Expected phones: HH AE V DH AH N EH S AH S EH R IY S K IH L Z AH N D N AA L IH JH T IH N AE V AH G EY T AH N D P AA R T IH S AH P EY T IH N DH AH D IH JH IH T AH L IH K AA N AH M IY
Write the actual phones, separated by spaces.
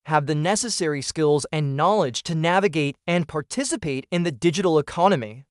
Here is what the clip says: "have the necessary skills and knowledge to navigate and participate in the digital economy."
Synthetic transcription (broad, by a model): HH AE V DH AH N EH S AH S EH R IY S K IH L Z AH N N AA L IH JH T IH N AE V AH G EY T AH N P AA R T IH S AH P EY T IH N DH AH D IH JH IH T L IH K AA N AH M IY